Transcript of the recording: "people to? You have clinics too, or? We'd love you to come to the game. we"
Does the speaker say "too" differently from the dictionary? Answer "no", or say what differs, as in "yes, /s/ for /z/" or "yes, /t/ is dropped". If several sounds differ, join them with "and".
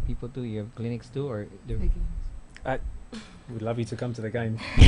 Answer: no